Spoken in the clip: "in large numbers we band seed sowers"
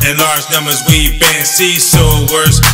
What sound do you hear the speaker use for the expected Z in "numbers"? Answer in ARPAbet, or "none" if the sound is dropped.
Z